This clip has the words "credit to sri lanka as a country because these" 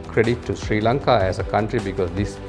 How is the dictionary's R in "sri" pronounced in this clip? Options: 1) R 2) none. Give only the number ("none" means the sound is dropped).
1